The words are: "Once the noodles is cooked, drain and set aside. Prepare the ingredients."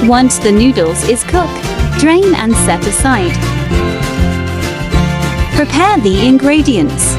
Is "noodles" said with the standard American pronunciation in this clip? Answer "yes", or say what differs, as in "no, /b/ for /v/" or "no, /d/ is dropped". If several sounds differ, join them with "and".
yes